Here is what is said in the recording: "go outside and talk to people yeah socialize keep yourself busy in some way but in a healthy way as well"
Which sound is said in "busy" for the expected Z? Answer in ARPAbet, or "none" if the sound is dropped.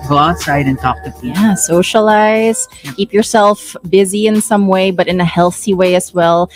Z